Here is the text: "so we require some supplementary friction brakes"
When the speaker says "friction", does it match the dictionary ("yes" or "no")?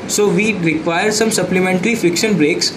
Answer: no